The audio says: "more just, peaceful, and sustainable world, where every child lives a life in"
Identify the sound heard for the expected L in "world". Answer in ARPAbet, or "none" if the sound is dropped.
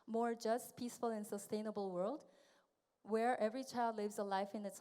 L